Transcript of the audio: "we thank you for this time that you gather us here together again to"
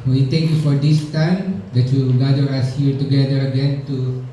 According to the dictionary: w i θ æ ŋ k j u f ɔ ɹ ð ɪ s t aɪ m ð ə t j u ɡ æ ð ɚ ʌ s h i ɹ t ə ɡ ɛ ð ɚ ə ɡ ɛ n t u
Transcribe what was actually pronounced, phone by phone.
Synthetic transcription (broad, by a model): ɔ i t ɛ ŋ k j u f ɔ ɹ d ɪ s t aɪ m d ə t j u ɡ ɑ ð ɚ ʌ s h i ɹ t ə ɡ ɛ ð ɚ ə ɡ ɛ n t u